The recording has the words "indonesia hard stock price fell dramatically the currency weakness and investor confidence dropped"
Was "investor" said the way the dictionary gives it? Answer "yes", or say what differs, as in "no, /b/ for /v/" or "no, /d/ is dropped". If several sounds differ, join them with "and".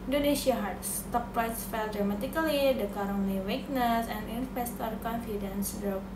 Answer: no, /f/ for /v/